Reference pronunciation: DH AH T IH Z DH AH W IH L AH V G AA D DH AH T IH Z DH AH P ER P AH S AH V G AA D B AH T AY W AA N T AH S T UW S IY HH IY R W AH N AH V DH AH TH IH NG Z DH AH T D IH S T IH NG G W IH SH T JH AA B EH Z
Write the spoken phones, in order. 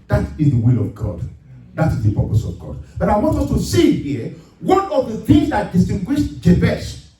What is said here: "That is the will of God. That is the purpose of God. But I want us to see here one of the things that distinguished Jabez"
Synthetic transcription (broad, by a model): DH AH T IH Z DH AH W IH L AH V G AA D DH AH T IH Z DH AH P ER P AH S AH V G AA D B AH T AY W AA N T AH S T UW S IY HH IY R W AH N AH V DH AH TH IH NG Z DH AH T D IH S T IH NG G W IH SH T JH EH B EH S